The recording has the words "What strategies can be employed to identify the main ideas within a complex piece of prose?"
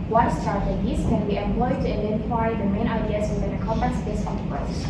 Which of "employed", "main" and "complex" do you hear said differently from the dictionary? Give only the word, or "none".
complex